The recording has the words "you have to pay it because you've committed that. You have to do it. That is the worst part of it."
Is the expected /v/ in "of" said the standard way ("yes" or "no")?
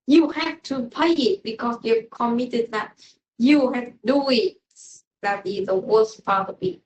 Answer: no